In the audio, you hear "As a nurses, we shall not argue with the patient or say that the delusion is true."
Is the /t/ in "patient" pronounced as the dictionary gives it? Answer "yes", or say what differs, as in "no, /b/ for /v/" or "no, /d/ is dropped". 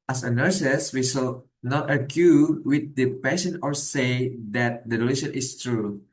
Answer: no, /t/ is dropped